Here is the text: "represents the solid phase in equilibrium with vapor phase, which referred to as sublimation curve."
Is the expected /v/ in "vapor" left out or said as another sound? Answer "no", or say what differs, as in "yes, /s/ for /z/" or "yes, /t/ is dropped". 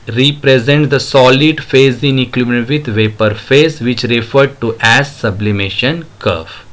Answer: no